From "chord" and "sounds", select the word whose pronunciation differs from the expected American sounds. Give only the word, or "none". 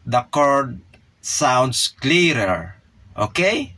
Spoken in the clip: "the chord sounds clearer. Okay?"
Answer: sounds